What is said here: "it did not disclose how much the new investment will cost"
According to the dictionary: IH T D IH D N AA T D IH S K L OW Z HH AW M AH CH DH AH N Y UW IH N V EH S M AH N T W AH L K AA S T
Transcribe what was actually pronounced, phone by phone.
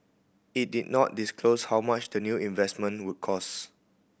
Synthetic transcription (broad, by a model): IH T D IH D N AA T D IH S K L OW S HH AW M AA CH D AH N Y UW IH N V EH S M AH N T W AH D K AA S